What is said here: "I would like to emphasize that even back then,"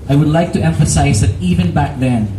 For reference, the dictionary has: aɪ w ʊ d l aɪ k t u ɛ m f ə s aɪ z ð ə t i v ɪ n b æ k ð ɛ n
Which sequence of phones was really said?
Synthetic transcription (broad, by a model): aɪ w ʊ d l aɪ k t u ɛ m f ə s aɪ z ð ə t i v ɪ n b æ k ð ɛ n